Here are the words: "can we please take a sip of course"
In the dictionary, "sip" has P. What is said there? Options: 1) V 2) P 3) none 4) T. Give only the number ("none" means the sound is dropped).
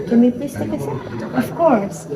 3